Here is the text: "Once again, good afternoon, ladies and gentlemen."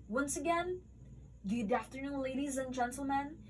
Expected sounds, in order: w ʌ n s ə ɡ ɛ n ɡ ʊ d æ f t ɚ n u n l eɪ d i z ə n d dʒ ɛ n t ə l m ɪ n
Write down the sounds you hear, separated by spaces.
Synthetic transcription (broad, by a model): w ʌ n s ə ɡ ɛ n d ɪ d æ f t ɚ n u n l eɪ d i z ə n dʒ ɛ n t l m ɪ n